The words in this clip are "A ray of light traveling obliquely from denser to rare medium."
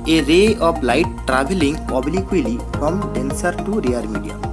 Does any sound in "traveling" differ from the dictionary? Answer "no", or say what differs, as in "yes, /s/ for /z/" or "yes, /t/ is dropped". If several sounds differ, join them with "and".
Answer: yes, /b/ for /v/